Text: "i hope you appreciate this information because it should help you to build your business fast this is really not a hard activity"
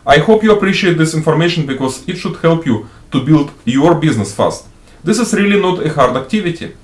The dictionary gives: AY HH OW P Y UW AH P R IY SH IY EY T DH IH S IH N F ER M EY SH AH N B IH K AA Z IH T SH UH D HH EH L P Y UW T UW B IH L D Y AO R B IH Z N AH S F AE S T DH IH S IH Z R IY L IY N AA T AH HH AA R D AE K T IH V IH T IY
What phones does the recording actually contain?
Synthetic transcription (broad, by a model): AY HH OW P Y UW AH P R IY SH IY EY T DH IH S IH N F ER M EY SH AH N B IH K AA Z IH T SH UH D HH EH L P Y UW T UW B IH L D Y AO R B IH Z N AH S F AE S T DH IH S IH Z R IY L IY N AA T AH HH AA R D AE K T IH V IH T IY